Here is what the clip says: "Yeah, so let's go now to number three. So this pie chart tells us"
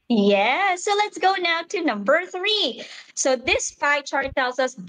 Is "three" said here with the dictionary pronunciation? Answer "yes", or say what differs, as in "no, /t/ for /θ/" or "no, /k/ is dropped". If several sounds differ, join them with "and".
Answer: yes